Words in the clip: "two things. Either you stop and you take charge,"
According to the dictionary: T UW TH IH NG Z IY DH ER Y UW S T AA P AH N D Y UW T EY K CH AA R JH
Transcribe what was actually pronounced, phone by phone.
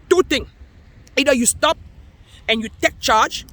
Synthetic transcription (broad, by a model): T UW T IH NG IY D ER Y UW S T AA P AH N Y UW T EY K CH AA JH